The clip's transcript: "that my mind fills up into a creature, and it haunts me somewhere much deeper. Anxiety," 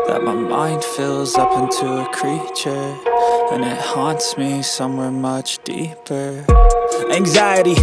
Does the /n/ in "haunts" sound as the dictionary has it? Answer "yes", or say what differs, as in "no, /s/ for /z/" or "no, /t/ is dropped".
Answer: yes